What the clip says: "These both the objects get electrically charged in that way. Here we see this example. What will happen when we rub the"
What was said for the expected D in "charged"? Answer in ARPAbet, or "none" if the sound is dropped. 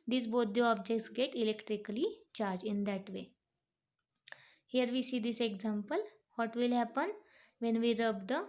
none